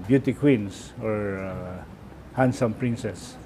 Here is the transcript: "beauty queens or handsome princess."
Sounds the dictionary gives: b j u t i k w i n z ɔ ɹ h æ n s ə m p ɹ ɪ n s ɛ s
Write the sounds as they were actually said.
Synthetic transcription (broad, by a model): b j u t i k w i n s ɔ ɹ h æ n s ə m p ɹ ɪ n s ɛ s